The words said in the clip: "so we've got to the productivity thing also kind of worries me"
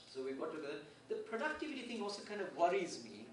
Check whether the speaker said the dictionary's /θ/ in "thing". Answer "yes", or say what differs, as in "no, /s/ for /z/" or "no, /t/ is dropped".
no, /t/ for /θ/